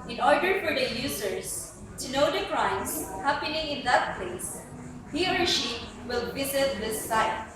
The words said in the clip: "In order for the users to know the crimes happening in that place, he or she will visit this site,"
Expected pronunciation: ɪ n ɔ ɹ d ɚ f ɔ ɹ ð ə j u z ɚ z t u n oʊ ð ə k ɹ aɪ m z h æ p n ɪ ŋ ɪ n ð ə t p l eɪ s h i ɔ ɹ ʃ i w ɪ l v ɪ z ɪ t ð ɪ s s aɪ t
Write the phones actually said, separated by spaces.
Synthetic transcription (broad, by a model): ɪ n ɔ ɹ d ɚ f ɔ ɹ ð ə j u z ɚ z t u n oʊ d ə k ɹ aɪ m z h æ p n ɪ ŋ ɪ n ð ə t p l eɪ s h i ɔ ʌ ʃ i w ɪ l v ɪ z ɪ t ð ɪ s s aɪ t